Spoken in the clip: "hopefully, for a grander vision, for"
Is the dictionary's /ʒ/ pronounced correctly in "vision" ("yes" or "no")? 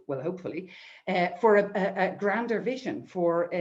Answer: yes